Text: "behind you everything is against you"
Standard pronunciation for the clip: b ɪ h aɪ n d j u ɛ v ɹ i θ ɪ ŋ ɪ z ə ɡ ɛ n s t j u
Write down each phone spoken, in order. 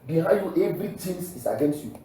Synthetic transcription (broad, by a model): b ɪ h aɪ j u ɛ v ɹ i t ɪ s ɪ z ə ɡ ɛ n s t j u